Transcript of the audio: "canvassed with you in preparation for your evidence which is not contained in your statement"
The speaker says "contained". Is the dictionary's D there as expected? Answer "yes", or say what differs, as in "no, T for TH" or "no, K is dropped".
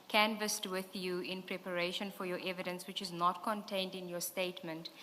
yes